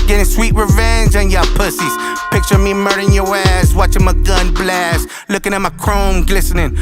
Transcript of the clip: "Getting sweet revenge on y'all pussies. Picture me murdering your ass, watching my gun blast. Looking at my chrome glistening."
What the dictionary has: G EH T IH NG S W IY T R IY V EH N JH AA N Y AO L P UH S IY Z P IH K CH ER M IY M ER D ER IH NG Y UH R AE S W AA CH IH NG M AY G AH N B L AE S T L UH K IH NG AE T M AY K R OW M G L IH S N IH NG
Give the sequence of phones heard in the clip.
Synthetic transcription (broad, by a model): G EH T IH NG S W IY T R IY V EH N JH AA N Y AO P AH S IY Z P IH K CH ER M IY M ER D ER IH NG Y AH R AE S W AA CH IH NG M AY G AH N B L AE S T L UH K IH NG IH T M AY K R OW M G L IH S N IH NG